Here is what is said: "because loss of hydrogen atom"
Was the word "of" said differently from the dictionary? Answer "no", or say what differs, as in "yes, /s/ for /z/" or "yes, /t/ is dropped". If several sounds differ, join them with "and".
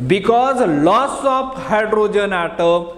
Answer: yes, /p/ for /v/